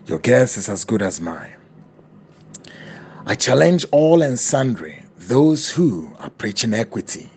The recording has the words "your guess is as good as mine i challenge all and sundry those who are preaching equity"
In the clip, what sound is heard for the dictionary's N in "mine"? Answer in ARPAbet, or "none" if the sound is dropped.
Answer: none